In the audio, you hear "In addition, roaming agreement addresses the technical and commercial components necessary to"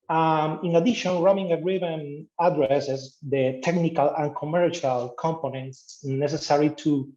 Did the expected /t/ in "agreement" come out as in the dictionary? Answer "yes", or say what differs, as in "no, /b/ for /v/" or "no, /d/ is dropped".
no, /t/ is dropped